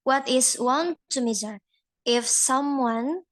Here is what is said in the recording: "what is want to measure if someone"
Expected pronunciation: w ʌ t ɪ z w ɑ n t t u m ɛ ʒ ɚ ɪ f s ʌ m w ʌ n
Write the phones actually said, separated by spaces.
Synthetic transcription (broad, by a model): w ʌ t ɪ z w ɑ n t t u m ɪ z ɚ ɪ f s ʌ m w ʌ n